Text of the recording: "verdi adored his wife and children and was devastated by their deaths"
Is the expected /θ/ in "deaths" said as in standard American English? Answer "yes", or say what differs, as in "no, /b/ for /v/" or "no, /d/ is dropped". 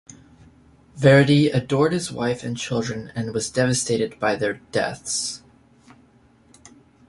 yes